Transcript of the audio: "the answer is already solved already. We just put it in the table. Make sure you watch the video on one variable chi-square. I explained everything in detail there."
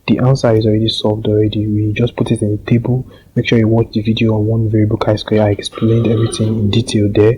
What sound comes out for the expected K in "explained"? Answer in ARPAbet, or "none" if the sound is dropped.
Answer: K